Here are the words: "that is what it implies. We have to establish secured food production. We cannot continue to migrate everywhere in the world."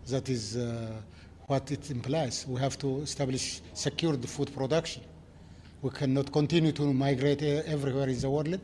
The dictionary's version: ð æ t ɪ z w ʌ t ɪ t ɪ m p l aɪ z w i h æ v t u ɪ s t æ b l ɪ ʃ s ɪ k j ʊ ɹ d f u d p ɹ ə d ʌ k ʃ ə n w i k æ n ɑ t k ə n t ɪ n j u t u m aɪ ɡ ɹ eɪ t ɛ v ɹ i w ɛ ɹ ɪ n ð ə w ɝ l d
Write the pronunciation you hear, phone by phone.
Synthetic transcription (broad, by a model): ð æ t ɪ z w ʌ t ɪ t ɪ m p l aɪ z w i h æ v t u ɪ s t æ b l ɪ ʃ s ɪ k j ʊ ɹ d f u d p ɹ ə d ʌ k ʃ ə n w i k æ n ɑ t k ə n t ɪ n j u t u m aɪ ɡ ɹ eɪ t ɛ v ɹ i w ɛ ɹ ɪ n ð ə w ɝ l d